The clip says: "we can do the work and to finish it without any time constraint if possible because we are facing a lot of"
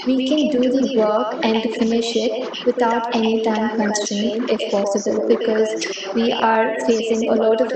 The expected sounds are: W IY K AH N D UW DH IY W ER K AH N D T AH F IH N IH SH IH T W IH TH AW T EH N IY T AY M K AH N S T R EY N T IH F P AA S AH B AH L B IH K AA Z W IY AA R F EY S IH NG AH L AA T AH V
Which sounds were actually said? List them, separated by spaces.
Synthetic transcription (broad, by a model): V IY K AH N D UW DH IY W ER K AH N D F IH N IH SH IH T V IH T AW T EH N IY T AY M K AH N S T EY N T IH F P AA S AH B AH L B IH K AA Z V IY AA R F EY S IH NG AH L AA T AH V